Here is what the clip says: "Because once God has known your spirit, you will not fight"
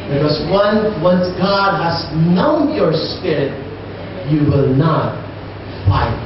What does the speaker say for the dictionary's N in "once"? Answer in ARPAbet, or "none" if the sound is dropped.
N